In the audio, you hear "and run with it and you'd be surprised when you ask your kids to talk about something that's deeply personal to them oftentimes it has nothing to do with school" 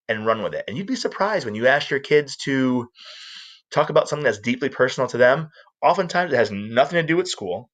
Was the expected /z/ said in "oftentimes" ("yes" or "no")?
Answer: yes